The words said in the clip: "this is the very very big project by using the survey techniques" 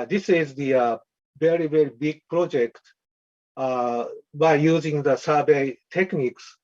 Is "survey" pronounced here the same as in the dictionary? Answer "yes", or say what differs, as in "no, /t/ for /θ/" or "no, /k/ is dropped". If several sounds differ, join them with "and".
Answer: no, /b/ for /v/